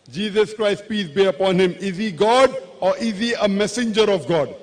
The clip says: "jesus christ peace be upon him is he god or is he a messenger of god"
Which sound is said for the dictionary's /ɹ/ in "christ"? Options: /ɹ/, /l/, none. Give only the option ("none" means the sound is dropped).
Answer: /ɹ/